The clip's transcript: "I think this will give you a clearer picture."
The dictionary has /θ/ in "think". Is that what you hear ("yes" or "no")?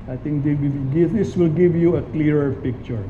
no